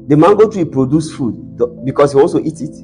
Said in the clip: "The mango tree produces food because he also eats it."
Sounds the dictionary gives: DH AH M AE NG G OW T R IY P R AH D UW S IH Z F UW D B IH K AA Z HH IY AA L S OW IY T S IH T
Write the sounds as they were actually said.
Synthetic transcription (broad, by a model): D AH M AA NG G OW T R IY P R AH D UW S F UW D B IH K AA S HH IY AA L S OW IY T IH T